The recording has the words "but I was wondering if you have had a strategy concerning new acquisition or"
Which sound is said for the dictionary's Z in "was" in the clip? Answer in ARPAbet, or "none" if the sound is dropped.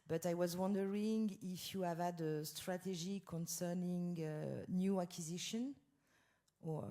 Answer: Z